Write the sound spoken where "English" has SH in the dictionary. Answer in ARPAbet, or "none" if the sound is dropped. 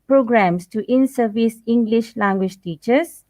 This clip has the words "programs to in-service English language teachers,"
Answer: SH